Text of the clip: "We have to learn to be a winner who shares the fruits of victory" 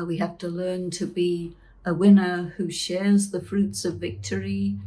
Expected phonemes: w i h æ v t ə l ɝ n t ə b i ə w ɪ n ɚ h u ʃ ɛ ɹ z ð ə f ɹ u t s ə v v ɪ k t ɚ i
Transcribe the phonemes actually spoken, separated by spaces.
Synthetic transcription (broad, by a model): w i h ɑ f t ə l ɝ n t ə b i ə w ɪ n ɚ h u ʃ ɛ ɹ z ð ə f ɹ u t s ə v v ɪ k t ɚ i